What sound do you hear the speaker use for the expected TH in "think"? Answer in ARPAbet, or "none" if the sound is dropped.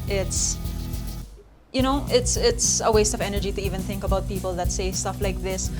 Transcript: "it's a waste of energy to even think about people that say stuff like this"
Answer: TH